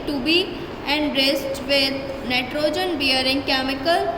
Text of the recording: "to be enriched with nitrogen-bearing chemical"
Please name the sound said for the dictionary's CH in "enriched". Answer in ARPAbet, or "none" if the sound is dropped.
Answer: S